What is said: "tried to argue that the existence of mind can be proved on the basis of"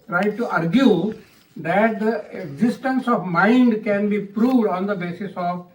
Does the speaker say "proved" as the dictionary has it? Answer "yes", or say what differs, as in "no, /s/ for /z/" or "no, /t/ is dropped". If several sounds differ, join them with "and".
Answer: yes